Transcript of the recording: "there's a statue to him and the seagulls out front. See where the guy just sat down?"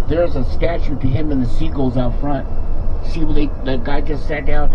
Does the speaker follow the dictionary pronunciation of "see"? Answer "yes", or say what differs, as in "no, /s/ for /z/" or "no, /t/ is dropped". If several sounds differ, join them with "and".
no, /ʃ/ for /s/